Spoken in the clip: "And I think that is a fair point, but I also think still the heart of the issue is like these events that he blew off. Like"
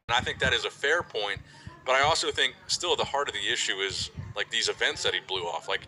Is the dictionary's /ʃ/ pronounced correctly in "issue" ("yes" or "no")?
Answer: yes